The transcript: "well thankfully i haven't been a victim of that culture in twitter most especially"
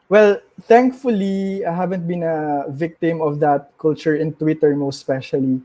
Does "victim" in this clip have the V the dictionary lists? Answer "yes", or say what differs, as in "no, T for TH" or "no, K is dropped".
yes